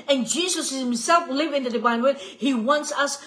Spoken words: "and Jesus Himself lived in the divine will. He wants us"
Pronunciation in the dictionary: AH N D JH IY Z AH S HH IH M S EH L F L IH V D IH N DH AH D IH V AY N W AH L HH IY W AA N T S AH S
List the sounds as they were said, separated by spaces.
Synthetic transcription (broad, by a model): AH N JH IY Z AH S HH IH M S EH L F L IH V IH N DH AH D IH V AY N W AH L HH IY W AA N T S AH S